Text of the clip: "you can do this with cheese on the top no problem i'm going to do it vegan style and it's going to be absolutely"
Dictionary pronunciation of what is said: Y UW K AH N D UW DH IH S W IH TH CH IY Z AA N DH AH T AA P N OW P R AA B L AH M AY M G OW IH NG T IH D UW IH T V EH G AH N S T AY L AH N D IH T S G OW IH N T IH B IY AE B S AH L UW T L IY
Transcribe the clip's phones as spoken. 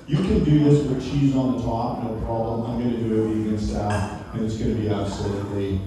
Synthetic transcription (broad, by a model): Y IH K AH N D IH DH IH S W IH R CH IY Z N DH AH T AA P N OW P R AA B L AH M AY M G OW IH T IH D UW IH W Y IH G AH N S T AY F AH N IH T S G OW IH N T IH B IY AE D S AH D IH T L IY